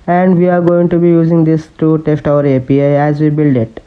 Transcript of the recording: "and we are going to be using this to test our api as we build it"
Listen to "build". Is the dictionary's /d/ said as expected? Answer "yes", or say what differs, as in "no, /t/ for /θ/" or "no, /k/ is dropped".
yes